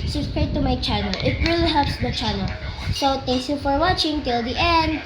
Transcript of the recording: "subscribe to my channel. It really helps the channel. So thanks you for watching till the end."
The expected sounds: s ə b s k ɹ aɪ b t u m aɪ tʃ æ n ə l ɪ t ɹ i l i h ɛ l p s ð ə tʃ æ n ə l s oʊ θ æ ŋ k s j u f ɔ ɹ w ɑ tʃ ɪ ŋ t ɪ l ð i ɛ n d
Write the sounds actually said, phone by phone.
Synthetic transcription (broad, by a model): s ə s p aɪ t u m aɪ tʃ æ n ə l ɪ t ɹ i l i h ɛ l p s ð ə tʃ æ n ə l s oʊ t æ ŋ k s j u f ɔ ɹ w ɑ tʃ ɪ ŋ t ɪ l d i ɛ n d